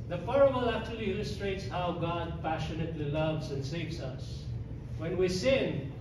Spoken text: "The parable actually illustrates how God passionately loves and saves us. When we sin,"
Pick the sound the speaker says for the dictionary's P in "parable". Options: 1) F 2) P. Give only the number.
1